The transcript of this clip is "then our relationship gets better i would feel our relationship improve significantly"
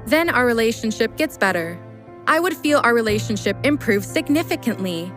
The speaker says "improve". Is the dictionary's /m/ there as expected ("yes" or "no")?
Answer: yes